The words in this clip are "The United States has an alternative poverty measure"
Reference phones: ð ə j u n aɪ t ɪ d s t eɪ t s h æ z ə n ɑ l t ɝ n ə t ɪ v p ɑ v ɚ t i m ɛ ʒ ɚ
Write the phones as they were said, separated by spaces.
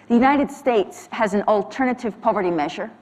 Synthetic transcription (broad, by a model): ð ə j u n aɪ t ɪ d s t eɪ t s h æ z n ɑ l t ɝ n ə t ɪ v p ɑ v ɚ t i m ɛ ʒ ɚ